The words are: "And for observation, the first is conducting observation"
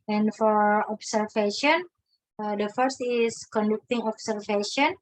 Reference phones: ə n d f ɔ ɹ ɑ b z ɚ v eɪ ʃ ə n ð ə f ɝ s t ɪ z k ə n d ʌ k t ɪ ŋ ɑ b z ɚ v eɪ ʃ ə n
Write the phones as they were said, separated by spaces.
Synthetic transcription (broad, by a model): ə n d f ɔ ɹ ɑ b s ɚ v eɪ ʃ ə n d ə f ɝ s t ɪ s k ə n d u k t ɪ ŋ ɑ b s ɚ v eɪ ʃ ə n